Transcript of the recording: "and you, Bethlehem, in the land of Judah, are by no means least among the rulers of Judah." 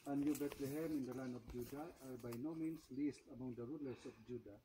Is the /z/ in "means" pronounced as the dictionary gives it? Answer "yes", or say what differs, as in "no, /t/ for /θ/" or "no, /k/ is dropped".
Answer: no, /s/ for /z/